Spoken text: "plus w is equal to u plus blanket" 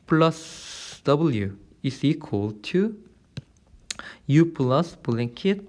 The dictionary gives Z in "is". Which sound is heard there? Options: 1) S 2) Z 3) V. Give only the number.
1